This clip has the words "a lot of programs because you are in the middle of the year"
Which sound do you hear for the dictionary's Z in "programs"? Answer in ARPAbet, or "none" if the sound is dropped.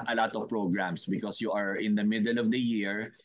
S